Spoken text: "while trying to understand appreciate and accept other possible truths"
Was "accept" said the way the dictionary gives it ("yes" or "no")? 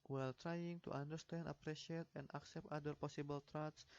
yes